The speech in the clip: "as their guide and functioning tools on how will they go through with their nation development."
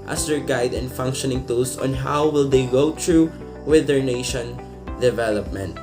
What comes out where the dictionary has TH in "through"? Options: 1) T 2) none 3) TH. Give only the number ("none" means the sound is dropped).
1